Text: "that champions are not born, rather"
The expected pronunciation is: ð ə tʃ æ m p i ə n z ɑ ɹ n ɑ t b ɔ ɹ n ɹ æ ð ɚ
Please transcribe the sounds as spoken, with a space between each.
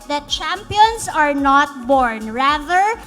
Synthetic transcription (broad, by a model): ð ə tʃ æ m p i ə n s ɑ ɹ n ɑ t b ɔ ɹ n ɹ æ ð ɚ